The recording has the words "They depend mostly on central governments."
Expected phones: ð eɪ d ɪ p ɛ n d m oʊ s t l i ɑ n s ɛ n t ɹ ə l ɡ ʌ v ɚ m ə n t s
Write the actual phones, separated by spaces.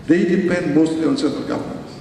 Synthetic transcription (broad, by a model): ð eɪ d ɪ p ɛ n d m oʊ s t l i ɑ n s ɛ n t ə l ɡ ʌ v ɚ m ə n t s